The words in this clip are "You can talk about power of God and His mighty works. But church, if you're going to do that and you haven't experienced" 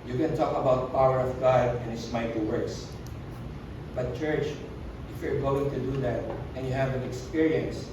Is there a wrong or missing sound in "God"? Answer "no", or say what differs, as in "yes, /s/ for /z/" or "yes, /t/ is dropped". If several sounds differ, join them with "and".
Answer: no